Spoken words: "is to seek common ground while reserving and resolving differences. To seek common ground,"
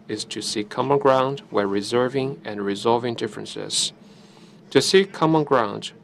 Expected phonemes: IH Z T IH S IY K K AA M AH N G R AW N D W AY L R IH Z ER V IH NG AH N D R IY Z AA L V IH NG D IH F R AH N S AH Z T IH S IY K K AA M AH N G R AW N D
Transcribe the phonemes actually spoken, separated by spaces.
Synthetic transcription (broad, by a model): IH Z T IH S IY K K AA M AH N G R AW N D W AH R IH Z ER V IH NG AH N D R IY Z AA L V IH NG D IH F R AH N S AH Z T IH S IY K K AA M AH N G R AW N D